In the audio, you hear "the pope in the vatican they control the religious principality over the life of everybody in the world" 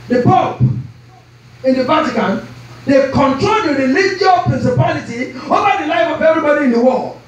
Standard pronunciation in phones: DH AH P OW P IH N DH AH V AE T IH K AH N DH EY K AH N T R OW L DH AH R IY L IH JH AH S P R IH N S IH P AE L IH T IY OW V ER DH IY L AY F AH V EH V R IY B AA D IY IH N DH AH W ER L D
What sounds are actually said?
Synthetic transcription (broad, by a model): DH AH P OW P IH N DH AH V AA T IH K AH N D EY K AH N T R OW L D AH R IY L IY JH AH P R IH N S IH P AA L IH T IY OW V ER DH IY L AY F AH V EH V R IY B AA D IY IH N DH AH W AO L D